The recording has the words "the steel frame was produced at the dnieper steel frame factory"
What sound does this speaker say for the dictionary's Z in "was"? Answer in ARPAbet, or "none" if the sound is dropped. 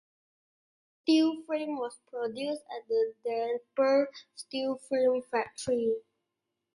S